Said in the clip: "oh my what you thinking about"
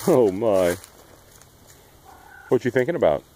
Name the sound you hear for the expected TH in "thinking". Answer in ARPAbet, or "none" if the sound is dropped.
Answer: TH